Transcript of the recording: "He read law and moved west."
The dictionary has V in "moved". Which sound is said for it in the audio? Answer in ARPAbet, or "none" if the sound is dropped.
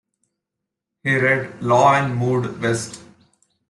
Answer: none